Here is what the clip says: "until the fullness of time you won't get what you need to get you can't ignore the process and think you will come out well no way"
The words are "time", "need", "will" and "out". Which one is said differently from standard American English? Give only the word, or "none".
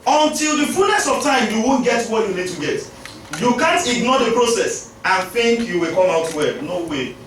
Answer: none